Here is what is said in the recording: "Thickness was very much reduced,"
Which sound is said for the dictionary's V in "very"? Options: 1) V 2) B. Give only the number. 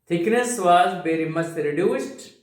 2